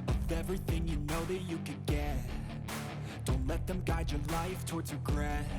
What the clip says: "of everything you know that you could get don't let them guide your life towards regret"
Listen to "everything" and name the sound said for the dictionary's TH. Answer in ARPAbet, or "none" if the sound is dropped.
TH